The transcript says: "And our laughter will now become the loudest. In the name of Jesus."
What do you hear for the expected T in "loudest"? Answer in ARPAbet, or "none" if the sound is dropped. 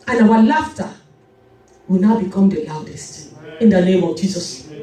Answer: T